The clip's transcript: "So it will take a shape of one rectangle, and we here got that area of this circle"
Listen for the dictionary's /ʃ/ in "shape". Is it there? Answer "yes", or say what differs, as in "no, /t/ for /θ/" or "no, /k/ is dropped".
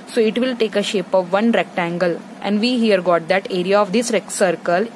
yes